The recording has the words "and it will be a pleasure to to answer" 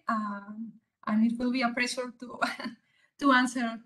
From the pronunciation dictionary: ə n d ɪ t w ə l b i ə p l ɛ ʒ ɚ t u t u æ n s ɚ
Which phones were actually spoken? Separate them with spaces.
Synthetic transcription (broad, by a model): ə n ɪ t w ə l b i ə p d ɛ s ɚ t u t u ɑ n s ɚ